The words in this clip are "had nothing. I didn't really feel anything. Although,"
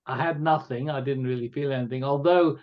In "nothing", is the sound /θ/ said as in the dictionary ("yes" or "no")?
yes